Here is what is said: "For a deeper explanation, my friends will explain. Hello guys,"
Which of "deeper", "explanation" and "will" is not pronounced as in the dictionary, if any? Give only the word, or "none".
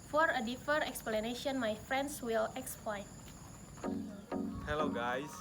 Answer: deeper